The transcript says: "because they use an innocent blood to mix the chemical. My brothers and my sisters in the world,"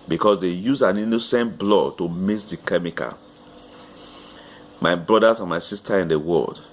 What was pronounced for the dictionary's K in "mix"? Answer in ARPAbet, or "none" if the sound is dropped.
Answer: none